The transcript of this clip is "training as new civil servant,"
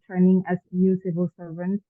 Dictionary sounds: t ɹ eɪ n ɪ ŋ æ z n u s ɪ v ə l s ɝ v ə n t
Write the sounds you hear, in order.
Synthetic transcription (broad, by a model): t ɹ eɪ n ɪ ŋ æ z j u s ɪ v ə l s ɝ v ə n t